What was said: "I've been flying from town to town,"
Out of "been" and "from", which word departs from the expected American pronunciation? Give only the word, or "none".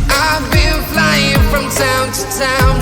been